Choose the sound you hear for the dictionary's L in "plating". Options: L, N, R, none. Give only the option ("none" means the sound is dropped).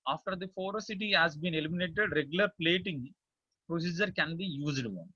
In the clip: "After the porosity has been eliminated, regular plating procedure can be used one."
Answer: L